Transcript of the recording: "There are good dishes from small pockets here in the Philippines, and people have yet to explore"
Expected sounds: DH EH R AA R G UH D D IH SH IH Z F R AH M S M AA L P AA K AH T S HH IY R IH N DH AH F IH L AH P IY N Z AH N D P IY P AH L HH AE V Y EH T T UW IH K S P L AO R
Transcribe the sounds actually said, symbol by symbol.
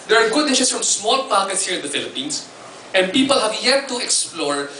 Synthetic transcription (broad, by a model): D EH R AA R G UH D D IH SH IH S F R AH M S M AA L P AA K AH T S HH IY R IH N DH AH F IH L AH P IY N S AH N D P IY P AH L HH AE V Y EH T T UW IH K S P L AO R